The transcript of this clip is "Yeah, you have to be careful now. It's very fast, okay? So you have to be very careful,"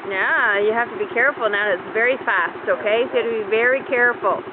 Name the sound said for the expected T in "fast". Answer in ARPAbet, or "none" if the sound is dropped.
T